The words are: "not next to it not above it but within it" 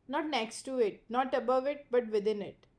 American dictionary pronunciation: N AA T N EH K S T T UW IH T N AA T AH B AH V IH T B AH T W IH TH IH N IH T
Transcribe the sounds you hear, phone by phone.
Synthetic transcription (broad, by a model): N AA T N EH K S T T UW IH T N AA T AH B AH V IH T B AH T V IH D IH N IH T